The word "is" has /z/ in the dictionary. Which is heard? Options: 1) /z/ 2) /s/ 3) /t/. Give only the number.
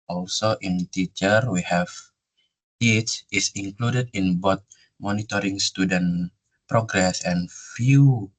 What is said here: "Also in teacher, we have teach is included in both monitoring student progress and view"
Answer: 2